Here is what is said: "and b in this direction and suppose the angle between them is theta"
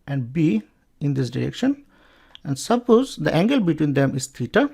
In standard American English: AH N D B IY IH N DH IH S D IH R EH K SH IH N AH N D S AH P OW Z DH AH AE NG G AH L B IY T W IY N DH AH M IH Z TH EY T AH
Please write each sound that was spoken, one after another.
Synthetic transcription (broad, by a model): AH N D B IY IH N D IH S D IH R EH K SH IH N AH N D S AH P OW Z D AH AE NG G AH L B IY T W IY N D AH M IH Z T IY T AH